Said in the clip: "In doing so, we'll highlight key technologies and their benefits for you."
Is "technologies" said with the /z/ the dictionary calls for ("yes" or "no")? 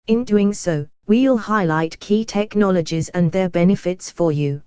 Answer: yes